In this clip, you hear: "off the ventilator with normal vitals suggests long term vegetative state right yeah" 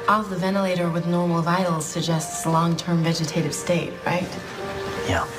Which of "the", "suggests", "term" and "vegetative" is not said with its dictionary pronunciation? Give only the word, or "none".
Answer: none